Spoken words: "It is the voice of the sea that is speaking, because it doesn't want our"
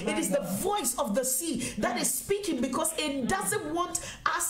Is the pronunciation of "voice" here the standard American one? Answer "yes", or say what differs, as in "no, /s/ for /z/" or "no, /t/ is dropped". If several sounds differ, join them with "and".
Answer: yes